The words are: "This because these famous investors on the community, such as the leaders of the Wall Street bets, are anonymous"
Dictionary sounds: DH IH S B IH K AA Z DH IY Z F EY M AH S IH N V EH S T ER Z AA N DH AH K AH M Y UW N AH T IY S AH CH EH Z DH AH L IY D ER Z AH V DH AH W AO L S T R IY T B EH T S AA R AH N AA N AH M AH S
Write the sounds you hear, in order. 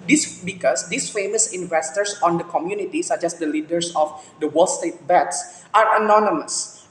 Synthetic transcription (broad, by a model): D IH S B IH K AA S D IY S F EY M AH S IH N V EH S T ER S AA N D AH K AH M Y UW N AH T IY S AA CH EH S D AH L IY D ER S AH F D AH W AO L S T EH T B EH T S AA R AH N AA N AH M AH S